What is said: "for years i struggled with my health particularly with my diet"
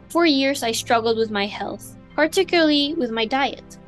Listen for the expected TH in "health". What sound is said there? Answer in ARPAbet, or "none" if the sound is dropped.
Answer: TH